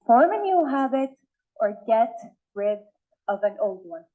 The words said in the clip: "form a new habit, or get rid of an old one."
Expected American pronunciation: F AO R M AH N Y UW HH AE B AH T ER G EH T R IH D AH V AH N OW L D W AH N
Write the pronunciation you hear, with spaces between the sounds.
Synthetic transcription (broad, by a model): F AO R M AH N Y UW HH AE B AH T ER G EH T R IH D AH V AH N OW L D W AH N